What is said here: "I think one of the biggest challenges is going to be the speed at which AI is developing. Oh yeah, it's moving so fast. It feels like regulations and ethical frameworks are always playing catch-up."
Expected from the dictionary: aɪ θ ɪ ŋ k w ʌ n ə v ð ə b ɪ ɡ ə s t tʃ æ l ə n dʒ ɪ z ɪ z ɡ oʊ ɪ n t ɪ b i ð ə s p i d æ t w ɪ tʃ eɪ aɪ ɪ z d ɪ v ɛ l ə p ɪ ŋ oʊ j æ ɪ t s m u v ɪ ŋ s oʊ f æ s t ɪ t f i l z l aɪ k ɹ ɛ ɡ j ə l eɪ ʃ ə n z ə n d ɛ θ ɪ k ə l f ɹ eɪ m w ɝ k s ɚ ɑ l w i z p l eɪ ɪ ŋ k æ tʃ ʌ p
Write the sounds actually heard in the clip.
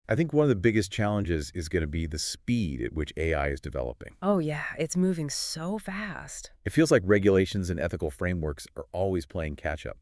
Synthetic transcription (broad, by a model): aɪ θ ɪ ŋ k w ʌ n ə v ð ə b ɪ ɡ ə s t tʃ æ l ə n dʒ ɪ z ɪ z ɡ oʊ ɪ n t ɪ b i ð ə s p i d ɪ t w ɪ tʃ eɪ aɪ ɪ z d ɪ v ɛ l ə p ɪ ŋ oʊ j æ ɪ t s m u v ɪ ŋ s oʊ f æ s t ɪ t f i l z l aɪ k ɹ ɛ ɡ j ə l eɪ ʃ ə n z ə n ɛ θ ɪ k l f ɹ eɪ m w ɝ k s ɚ ɑ l w i z p l eɪ ɪ ŋ k æ tʃ ʌ p